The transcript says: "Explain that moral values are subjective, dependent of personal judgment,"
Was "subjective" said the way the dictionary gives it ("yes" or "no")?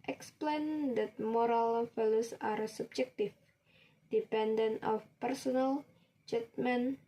no